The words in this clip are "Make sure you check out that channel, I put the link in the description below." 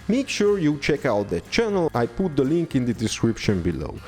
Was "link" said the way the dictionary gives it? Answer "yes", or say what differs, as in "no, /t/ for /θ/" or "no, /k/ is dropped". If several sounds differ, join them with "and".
yes